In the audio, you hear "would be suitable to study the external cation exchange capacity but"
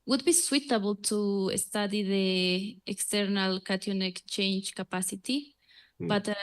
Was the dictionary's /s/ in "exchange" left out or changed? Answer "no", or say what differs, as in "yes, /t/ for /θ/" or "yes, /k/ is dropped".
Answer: yes, /s/ is dropped